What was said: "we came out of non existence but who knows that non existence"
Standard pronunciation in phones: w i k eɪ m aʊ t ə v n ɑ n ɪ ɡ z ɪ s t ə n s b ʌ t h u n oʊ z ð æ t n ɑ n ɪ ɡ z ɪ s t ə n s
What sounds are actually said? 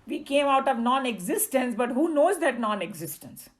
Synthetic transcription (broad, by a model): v i k eɪ m aʊ t ə v n ɑ n ɪ ɡ z ɪ s t ə n s b ʌ t h u n oʊ z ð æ t n ɑ n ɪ ɡ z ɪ s t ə n s